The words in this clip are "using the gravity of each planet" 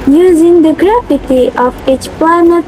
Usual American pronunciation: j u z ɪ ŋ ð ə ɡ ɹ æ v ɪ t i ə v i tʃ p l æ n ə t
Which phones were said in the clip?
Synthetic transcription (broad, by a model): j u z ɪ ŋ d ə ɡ ɹ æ f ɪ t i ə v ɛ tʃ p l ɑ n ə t